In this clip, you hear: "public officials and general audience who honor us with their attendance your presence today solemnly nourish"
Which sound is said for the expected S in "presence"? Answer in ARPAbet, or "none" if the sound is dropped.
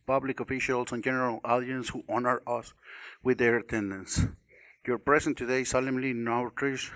none